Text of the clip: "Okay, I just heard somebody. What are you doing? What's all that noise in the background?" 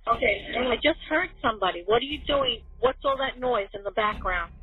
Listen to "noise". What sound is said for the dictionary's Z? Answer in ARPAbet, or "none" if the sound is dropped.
Z